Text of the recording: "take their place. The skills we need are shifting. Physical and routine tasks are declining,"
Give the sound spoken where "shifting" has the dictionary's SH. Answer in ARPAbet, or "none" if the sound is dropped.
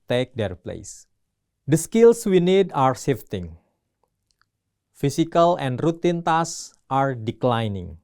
S